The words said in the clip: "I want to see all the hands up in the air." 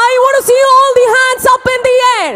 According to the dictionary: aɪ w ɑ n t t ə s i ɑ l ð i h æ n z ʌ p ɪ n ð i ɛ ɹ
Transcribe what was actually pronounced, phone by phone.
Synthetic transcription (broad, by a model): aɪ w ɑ t s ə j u ɑ l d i h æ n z ʌ p ɪ n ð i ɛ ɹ